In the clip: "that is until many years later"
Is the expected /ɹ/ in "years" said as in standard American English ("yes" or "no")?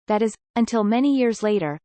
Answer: yes